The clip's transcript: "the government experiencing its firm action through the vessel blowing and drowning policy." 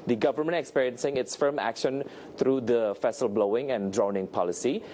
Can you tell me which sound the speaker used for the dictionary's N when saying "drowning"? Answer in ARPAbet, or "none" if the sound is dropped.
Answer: N